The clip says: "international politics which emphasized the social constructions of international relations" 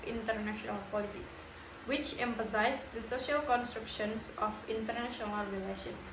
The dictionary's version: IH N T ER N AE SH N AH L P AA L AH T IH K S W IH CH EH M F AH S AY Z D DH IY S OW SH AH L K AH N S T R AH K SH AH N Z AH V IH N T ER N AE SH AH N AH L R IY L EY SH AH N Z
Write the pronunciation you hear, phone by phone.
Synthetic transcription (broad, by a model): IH N T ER N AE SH N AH L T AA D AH T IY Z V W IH CH EH M F AH S AY Z D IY S OW SH AH L K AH N S T R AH K SH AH N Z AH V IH N T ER N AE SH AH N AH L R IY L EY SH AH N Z